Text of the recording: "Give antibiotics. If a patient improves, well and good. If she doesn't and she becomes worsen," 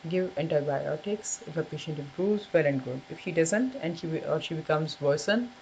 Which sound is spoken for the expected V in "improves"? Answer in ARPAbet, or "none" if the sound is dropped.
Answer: none